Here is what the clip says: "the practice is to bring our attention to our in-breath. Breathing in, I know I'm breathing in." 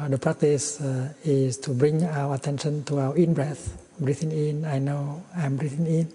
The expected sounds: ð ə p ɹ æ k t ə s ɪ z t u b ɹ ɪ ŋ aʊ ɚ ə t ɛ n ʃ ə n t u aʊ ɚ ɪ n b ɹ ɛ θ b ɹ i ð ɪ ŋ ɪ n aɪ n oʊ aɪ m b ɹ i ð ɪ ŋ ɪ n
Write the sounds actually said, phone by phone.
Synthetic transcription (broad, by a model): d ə p ɹ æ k t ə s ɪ s t u b ɹ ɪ ŋ aʊ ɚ ə t ɛ n ʃ ə n t u aʊ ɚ ɪ n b ɹ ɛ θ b ɹ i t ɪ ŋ ɪ n aɪ n oʊ aɪ m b ɹ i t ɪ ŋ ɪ n